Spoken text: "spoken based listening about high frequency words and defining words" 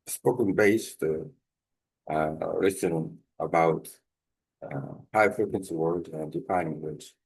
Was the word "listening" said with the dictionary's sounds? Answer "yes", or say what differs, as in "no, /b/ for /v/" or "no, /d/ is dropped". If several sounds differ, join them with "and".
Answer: no, /n/ is dropped